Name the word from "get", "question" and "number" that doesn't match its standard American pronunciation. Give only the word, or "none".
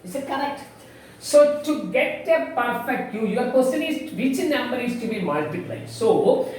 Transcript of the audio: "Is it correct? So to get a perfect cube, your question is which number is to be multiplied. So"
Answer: question